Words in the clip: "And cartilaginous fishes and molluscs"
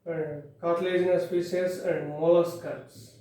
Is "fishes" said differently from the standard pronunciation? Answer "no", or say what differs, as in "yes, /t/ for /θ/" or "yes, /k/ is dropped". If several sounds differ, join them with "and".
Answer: yes, /p/ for /f/